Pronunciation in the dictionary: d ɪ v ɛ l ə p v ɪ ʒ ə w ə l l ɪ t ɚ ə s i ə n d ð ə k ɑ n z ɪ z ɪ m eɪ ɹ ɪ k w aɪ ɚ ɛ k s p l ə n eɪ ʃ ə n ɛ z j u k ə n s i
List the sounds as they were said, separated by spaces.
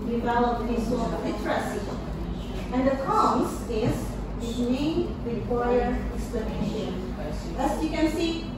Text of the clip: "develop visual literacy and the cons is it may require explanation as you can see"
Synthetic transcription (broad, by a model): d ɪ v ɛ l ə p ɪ s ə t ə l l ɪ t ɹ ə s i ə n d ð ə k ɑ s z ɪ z ɪ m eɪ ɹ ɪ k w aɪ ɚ ɛ k s p l ə n eɪ ʃ ə n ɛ s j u k ə n s i